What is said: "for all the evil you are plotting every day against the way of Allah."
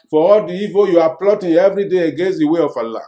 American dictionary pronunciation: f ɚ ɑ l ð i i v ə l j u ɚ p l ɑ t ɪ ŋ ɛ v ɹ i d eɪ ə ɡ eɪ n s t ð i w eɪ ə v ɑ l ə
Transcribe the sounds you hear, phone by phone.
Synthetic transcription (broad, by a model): f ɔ ɑ l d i i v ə j u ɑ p l ɑ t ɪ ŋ ɛ v ɹ i d eɪ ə ɡ eɪ n s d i w eɪ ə f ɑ l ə